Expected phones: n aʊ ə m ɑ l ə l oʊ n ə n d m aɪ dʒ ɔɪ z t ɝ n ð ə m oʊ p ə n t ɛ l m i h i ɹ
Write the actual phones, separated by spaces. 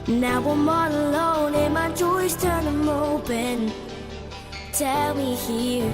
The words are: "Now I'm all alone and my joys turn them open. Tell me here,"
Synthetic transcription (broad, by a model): n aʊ ə m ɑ n ə l oʊ n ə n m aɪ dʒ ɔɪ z t ɝ n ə m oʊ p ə n t ɛ l m i h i ɹ